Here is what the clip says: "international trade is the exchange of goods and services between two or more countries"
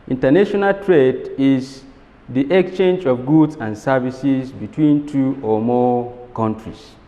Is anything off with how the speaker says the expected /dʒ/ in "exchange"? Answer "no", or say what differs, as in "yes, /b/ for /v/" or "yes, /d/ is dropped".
no